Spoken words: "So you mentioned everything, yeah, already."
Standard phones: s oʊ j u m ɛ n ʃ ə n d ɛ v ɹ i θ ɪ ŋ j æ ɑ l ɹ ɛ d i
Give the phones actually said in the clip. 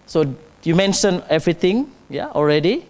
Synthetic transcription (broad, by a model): s oʊ j u m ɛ n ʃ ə n ɛ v ɹ i t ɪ ŋ j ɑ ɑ l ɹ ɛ d i